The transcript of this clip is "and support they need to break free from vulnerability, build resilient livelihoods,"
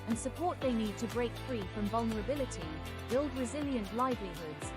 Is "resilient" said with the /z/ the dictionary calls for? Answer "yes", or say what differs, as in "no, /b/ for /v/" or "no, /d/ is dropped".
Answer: yes